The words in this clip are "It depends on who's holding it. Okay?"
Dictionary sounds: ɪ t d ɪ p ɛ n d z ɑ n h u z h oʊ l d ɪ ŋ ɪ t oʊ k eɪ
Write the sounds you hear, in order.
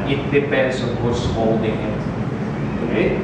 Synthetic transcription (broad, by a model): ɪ t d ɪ p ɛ n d s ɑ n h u s h oʊ l d ɪ ŋ ɪ t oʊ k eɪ